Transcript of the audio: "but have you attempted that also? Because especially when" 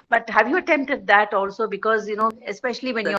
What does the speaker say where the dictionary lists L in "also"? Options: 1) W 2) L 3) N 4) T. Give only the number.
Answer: 2